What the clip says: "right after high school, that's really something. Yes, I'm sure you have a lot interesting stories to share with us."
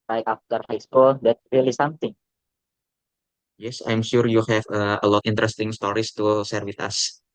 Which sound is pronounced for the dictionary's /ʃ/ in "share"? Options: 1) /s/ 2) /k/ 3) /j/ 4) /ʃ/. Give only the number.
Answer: 1